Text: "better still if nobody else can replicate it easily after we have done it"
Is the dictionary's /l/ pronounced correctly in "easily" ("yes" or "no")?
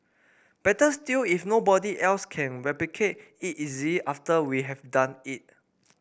no